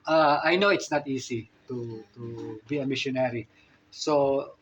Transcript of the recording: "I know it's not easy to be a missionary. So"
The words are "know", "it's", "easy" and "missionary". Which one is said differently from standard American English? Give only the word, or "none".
easy